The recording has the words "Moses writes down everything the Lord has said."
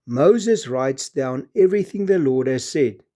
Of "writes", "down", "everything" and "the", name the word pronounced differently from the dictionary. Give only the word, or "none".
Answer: none